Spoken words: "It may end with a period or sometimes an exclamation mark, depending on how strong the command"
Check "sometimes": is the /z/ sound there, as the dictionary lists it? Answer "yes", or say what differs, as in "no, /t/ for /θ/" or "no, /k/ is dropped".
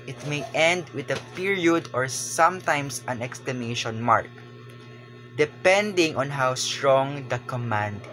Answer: no, /s/ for /z/